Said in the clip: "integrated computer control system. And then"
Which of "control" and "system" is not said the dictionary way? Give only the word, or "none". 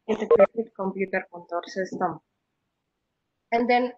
control